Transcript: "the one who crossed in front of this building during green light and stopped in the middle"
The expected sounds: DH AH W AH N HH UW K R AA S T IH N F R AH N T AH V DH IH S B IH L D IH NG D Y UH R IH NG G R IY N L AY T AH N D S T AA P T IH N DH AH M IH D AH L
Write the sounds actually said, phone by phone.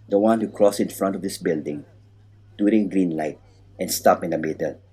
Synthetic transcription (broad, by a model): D AH W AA N HH UW K R AA S IH N F R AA N T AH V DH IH S B IH L D IH NG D Y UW R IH NG G R IY N L AY T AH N S T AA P IH N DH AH M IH D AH L